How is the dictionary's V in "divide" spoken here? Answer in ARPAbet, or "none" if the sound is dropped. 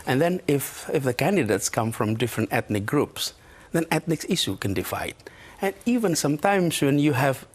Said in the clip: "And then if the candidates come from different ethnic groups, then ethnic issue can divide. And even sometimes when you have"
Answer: F